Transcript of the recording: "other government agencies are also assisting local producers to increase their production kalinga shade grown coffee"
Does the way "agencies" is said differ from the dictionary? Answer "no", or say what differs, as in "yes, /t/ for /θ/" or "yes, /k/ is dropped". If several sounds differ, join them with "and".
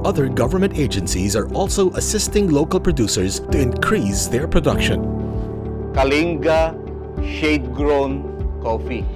no